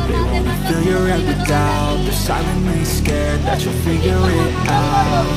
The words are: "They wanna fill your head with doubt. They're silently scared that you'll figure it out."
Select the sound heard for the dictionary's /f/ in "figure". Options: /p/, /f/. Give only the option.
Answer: /f/